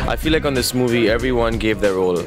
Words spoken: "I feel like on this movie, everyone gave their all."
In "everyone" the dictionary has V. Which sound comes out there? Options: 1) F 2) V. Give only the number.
2